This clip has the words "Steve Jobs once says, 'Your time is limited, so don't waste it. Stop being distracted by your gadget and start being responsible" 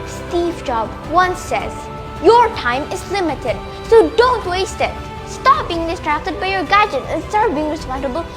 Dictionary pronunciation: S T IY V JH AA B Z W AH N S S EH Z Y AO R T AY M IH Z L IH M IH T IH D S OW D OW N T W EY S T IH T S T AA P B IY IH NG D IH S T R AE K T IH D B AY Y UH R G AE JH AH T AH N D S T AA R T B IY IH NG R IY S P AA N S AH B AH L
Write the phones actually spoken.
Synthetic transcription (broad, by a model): S T IY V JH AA B W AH N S S EH Z Y AO R T AY M IH Z L IH M IH T IH D S OW D OW N T W EY S T IH T S T AA P B IY IH NG D IH S T R AE K T IH D B AY Y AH R G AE JH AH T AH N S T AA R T B IY IH NG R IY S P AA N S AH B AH L